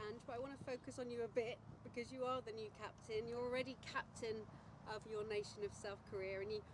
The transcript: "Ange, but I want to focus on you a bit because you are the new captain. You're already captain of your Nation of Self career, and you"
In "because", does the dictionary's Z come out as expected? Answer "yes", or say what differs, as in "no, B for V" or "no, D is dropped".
yes